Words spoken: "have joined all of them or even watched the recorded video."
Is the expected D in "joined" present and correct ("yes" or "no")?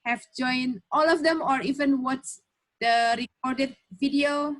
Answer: no